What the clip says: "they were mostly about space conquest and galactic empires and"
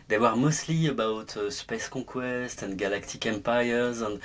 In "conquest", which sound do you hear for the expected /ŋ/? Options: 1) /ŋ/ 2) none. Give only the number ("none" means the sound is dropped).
2